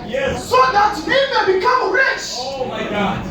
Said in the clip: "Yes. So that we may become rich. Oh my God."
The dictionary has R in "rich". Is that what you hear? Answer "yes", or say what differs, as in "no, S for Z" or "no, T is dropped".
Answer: yes